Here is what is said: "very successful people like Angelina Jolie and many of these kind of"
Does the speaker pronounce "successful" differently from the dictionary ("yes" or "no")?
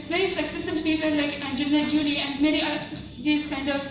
yes